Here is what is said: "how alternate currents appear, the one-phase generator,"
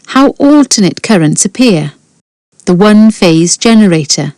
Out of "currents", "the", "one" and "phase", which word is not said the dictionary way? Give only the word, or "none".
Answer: none